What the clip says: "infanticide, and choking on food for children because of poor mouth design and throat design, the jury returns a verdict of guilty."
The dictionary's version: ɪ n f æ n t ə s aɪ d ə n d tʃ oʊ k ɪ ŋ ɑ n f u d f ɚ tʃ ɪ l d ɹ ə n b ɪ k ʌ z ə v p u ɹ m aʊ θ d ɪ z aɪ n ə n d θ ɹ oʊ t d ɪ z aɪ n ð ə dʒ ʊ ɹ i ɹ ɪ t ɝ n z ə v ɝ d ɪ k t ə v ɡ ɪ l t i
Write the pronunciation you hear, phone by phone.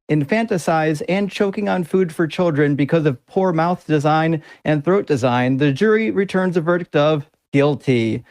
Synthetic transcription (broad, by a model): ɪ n f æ n t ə s aɪ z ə n tʃ oʊ k ɪ ŋ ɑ n f u d f ɚ tʃ ɪ l d ɹ ə n b ɪ k ʌ z ə v p u ɹ m aʊ θ d ɪ z aɪ n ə n θ ɹ oʊ t d ɪ z aɪ n ð ə dʒ ʊ ɹ i ɹ ɪ t ɝ n z ə v ɝ d ɪ k t ə v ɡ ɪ l t i